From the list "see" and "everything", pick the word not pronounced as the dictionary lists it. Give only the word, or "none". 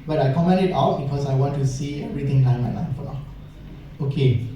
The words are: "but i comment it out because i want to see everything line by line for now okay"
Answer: everything